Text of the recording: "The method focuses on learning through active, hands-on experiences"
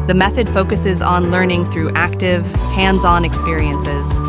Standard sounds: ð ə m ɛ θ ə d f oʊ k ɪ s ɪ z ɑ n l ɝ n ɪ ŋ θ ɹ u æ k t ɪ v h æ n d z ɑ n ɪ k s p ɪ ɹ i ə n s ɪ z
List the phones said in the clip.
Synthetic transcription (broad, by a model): ð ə m ɛ θ ə d f oʊ k ɪ s ɪ z n l ɝ n ɪ ŋ θ ɹ u æ k t ɪ v h æ n d z ɑ n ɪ k s p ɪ ɹ i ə n s ɪ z